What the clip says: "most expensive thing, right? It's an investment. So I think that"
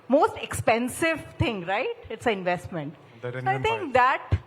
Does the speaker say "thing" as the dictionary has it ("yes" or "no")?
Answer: no